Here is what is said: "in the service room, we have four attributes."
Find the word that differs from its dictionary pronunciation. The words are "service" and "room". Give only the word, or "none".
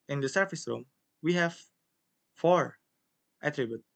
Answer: service